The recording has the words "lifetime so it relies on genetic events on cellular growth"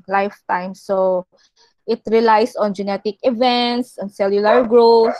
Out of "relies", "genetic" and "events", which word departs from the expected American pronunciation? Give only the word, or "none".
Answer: relies